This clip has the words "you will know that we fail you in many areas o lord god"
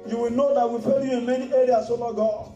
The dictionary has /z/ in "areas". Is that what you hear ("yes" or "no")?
no